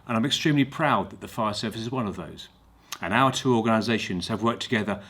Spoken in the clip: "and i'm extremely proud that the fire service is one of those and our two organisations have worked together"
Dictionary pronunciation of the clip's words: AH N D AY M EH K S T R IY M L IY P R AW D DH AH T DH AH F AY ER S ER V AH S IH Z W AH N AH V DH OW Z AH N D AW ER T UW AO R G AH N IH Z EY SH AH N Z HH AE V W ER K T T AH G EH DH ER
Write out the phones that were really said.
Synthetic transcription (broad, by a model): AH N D AY M EH K S T R IY M L IY P R AW D DH AH T DH AH F AY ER S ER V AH S IH Z W AH N AH V DH OW Z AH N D AW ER T UW AO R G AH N IH Z EY SH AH N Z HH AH V W ER K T T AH G EH DH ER